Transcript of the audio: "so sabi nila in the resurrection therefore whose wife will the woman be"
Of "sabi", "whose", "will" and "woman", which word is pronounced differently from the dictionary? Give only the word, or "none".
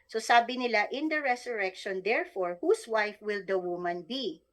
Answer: whose